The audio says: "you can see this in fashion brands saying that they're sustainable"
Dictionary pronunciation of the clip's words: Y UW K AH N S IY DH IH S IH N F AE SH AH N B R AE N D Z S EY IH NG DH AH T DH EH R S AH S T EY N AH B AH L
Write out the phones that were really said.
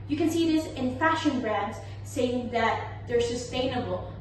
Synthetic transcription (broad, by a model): Y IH K AH N S IY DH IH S IH N F AE SH AH N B R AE N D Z S EY IH NG DH AH T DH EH R S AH S T EY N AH B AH L